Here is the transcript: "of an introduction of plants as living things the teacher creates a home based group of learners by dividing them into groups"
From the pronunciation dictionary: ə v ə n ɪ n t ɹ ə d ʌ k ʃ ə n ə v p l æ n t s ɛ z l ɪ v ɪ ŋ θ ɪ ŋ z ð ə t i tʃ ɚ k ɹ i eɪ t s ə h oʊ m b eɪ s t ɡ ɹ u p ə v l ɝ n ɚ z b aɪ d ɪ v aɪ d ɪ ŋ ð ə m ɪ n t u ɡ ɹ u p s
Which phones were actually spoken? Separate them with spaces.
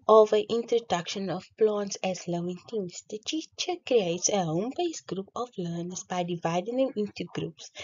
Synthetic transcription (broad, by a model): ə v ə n ɪ n t ɹ ə d ʌ k ʃ ə n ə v p l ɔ n t s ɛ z l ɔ ɪ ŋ t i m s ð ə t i tʃ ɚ k ɹ i eɪ t s ə h oʊ m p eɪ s ɡ ɹ u p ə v l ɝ n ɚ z b aɪ d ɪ v aɪ d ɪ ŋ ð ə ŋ ɪ n t u ɡ ɹ u p s